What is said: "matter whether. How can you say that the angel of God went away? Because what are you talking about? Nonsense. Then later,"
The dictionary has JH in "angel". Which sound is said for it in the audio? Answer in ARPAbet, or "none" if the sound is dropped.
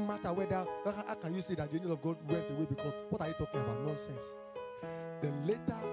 none